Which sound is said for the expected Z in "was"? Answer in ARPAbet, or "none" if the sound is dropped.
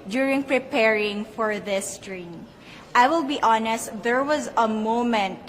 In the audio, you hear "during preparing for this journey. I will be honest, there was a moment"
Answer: Z